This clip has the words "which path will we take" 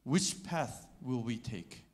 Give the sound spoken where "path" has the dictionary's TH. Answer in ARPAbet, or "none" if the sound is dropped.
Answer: TH